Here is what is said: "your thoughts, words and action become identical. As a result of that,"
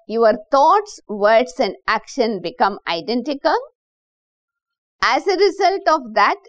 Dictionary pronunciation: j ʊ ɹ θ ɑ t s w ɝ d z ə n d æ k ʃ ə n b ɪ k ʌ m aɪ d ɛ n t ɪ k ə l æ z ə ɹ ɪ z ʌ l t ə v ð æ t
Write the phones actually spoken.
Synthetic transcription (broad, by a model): j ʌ ɹ t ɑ t s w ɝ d s ə n d æ k ʃ ə n b ɪ k ʌ m aɪ d ɛ n t ɪ k ə l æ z ə ɹ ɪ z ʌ l t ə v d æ t